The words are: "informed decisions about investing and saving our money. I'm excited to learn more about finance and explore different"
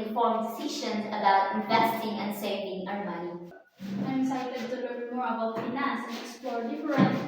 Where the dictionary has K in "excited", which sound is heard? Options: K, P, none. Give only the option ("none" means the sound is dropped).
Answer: none